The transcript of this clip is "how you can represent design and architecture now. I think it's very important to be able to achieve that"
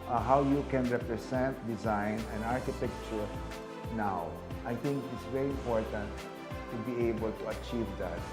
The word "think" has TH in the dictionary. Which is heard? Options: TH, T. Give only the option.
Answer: T